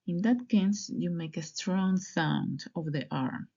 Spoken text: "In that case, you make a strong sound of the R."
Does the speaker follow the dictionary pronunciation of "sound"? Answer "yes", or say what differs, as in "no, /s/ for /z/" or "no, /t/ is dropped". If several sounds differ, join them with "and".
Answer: yes